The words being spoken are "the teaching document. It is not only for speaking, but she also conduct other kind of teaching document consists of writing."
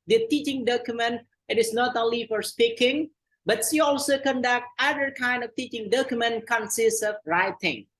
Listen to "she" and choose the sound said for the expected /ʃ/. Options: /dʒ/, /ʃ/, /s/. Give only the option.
/s/